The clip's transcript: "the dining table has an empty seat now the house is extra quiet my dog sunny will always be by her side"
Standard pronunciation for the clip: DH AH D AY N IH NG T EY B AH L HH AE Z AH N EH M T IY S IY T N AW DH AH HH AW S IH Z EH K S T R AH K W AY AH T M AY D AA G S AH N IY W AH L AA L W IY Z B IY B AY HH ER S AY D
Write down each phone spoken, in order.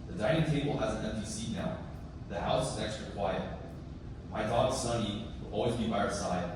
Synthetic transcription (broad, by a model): DH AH D AY N IH NG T EY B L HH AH Z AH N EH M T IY S IY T N AW DH AH HH AW S IH Z EH K S T R AH K W AY AH T M AY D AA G S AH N IY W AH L AA L W IY Z B IY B AY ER S AY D